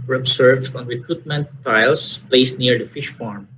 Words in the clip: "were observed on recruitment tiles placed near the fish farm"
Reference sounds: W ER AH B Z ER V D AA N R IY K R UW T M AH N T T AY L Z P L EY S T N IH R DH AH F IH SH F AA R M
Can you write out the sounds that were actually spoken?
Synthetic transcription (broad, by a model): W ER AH B S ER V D AA N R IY K R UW T M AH N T T AY L S P L EY S T N IH R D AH F IH SH F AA R M